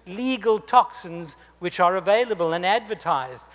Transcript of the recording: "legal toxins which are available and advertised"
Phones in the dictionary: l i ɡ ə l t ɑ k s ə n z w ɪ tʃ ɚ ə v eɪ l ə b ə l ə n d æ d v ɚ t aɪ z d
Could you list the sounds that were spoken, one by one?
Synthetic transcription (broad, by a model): l i ɡ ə l t ɑ k s ə n z w ɪ tʃ ɚ ə v eɪ l ə b ə l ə n æ d v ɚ t aɪ z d